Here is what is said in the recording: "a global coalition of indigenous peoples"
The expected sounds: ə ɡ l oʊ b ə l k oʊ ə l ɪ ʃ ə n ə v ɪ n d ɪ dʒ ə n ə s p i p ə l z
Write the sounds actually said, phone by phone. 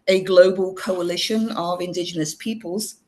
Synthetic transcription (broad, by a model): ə ɡ l oʊ b ə l k oʊ ə l ɪ ʃ ə n ə v ɪ n d ɪ dʒ ə n ə s p i p ə l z